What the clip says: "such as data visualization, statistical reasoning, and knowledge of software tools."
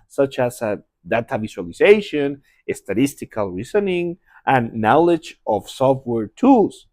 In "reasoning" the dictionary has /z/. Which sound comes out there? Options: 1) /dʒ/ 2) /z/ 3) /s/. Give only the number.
3